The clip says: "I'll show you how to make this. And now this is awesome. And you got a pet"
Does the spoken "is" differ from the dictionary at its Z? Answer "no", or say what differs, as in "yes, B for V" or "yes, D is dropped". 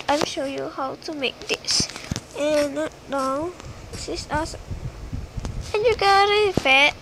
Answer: yes, S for Z